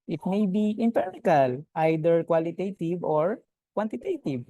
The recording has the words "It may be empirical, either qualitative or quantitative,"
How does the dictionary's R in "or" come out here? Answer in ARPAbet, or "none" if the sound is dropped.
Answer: R